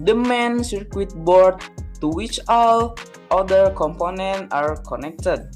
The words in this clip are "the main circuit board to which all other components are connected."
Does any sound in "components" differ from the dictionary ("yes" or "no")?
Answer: yes